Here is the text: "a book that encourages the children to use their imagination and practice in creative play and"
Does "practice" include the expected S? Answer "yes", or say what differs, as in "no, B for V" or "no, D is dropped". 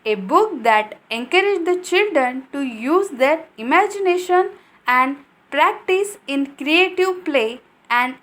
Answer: yes